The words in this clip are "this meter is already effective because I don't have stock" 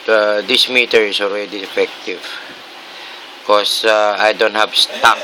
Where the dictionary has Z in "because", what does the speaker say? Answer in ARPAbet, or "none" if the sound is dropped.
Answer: none